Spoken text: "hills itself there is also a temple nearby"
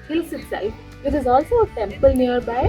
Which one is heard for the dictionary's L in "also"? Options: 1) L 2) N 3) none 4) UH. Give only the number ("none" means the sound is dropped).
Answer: 1